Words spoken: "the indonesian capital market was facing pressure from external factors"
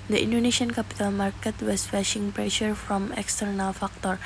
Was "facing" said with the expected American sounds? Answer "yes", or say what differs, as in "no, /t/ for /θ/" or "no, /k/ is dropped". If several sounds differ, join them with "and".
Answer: no, /ʃ/ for /s/